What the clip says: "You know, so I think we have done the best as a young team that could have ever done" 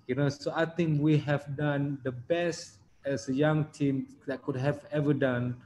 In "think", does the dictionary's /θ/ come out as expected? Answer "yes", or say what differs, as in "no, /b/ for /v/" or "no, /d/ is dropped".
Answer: no, /t/ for /θ/